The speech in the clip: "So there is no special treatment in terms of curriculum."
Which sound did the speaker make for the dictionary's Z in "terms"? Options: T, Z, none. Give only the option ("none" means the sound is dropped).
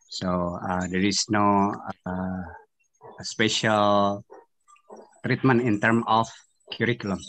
none